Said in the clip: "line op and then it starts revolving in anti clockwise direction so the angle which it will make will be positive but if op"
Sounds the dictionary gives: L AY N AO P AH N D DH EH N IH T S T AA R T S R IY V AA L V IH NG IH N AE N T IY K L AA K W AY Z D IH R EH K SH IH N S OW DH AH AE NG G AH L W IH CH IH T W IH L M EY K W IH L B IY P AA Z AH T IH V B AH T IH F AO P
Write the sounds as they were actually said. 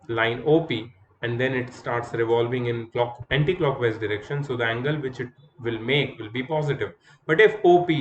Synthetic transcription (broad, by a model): L AY N AO P AH N D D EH N IH T S T AA R T S R IY V AA L V IH NG IH N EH N T IY K L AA K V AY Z D IH R EH K SH IH N S OW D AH AE NG G AH L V IH CH IH T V IH L M EY K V IH L B IY P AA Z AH T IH V B AH T IH F AO P